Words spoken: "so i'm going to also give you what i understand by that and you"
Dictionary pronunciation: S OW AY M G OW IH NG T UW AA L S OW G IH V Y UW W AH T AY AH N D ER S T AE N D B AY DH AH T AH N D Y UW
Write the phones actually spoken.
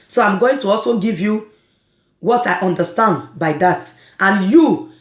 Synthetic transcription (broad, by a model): S OW AY M G OW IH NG T UW AA L S OW G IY V Y UW W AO T AY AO N D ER S T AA N D B AY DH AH T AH N Y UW